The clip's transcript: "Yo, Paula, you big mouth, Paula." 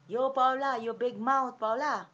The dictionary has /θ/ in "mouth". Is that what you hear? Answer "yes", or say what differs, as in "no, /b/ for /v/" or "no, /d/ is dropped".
no, /t/ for /θ/